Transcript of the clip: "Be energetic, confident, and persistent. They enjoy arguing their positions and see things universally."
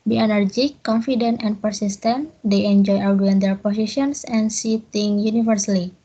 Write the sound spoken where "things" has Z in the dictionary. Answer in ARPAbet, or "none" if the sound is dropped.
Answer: none